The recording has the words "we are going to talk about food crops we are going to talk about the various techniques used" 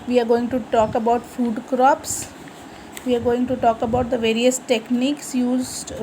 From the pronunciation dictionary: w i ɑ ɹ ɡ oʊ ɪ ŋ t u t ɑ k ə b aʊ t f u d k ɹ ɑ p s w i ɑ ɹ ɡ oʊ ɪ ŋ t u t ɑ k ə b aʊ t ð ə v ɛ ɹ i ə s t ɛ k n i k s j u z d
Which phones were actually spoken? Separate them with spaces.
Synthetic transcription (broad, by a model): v i ɑ ɹ ɡ oʊ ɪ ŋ t u t ɑ k ə b aʊ t f u d k ɹ ɑ p s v i ɑ ɹ ɡ oʊ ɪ ŋ t u t ɑ k ə b aʊ t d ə v ɛ ɹ i ə s t ɛ k n i k s j u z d